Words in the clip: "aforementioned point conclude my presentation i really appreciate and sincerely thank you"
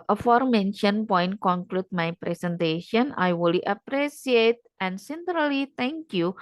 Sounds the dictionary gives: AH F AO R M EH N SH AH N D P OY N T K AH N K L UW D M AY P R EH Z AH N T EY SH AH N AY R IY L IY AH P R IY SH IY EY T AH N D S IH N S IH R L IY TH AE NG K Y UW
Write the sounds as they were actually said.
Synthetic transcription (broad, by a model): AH F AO R M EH N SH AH N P OY N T K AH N K L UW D M AY P R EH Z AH N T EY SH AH N AY W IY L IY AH P R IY S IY EY T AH N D S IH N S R L IY T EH NG K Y UW